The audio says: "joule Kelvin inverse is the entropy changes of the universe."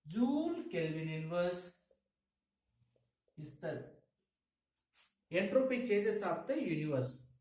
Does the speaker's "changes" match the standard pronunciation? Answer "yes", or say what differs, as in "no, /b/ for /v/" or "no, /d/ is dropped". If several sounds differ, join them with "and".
no, /n/ is dropped and /s/ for /z/